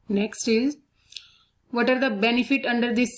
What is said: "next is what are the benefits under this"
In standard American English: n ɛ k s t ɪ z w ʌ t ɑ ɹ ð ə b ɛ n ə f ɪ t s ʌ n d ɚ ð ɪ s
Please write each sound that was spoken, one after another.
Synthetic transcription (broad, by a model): n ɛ k s t ɪ z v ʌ t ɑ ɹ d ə b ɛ n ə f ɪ t ʌ n d ɚ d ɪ s